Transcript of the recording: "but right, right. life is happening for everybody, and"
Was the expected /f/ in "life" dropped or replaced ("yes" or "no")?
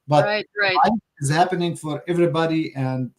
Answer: yes